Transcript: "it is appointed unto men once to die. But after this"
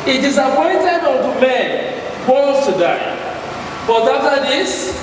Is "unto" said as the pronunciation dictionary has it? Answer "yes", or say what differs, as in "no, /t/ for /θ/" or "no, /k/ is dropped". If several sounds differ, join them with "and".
no, /l/ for /n/